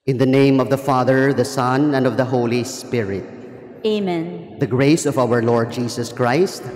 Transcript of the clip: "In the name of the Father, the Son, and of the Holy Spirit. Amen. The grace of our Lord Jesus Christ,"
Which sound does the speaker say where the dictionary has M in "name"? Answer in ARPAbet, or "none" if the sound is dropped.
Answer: M